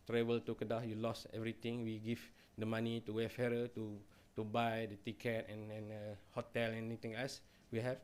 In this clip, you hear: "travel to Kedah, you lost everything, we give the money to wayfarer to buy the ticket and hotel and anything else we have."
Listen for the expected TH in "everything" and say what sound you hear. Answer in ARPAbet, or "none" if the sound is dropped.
T